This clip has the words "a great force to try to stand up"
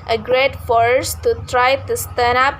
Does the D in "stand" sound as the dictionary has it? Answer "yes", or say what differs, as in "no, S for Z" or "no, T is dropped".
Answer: no, D is dropped